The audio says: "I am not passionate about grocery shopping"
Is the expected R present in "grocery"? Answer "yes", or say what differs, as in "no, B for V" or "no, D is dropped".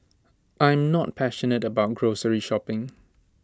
yes